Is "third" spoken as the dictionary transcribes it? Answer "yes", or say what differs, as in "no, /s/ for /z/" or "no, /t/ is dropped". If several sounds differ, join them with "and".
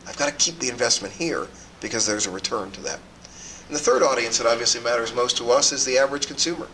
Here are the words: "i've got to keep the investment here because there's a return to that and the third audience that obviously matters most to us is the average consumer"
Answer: yes